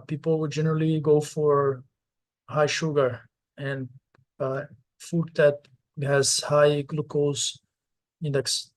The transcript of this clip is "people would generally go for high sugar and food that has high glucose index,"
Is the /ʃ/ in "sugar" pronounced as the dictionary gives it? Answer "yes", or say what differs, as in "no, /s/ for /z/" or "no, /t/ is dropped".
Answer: yes